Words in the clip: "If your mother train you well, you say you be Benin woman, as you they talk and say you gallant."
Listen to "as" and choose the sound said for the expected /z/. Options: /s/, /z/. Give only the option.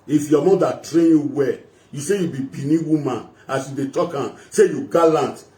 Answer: /s/